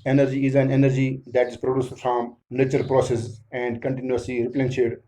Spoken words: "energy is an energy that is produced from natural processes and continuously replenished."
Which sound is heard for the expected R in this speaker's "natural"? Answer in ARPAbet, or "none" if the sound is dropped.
none